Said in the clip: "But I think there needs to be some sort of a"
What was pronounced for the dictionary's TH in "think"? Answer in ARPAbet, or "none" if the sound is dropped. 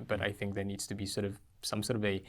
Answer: TH